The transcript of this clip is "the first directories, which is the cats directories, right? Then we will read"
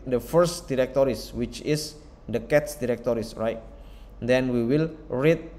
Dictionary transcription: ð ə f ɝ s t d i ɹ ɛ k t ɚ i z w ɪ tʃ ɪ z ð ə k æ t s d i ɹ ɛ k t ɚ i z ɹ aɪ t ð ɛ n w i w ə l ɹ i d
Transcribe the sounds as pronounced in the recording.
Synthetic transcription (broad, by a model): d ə f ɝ s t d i ɹ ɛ k t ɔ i s w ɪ tʃ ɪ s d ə k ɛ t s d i ɹ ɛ k t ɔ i s ɹ aɪ t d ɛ n w i w ə l ɹ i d